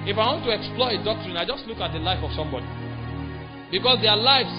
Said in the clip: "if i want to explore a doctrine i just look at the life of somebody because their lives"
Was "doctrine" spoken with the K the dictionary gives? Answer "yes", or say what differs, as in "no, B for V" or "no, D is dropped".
yes